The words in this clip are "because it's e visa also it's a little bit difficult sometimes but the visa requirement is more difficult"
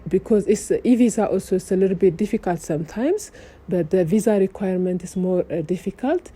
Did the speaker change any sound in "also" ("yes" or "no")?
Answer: no